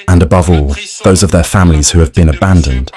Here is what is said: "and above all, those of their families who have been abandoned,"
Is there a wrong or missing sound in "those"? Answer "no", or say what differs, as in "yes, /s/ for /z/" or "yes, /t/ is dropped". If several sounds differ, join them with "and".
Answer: no